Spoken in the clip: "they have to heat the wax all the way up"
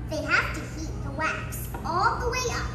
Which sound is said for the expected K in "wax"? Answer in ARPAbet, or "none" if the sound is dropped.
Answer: K